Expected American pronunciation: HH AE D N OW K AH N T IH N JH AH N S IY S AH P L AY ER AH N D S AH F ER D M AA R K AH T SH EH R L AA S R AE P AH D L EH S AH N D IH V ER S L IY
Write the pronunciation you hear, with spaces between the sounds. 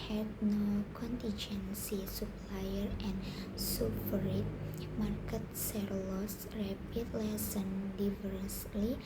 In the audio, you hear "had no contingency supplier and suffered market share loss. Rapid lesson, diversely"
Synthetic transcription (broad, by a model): HH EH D N OW K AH N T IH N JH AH N S IY S AH P L AY ER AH N S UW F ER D M AA R K AH T S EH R L AA S R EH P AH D L EH S AH N D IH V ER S L IY